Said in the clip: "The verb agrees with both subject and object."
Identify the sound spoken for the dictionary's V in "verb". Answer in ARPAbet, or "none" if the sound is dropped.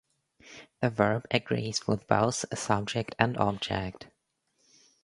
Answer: V